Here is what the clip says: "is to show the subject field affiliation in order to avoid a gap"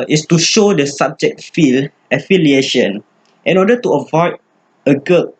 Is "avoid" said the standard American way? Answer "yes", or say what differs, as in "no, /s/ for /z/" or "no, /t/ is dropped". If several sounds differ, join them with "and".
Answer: yes